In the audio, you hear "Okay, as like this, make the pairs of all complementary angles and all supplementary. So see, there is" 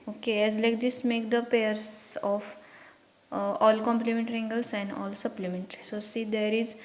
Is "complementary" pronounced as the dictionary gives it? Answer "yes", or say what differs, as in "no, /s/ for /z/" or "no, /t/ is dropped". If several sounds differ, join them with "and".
yes